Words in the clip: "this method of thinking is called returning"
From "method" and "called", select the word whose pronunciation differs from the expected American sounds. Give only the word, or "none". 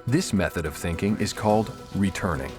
none